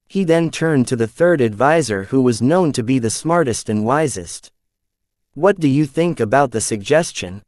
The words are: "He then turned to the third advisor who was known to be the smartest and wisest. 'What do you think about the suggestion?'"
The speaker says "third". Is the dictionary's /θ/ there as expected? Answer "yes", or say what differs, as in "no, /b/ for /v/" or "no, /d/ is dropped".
yes